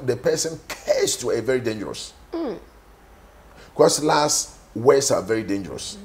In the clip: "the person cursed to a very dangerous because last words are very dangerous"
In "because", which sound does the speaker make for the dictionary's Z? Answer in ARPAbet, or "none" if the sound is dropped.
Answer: S